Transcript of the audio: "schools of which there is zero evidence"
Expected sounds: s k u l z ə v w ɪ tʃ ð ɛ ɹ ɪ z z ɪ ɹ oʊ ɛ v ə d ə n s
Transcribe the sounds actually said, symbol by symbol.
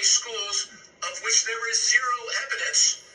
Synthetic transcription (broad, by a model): s k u l z ə v w ɪ tʃ ð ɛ ɹ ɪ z z ɪ ɹ oʊ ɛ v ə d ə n s